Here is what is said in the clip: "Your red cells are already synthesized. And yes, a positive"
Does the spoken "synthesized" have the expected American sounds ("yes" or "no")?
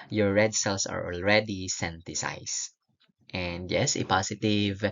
no